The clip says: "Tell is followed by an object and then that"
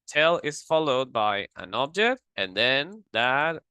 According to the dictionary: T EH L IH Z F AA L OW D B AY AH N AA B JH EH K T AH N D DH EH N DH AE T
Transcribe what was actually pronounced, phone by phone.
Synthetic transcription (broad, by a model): T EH L IH Z F AA L OW D B AY AH N AA B JH EH K T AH N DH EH N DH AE T